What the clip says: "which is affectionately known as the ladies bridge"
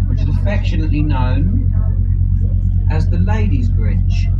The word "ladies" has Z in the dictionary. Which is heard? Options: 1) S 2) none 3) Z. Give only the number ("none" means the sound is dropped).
3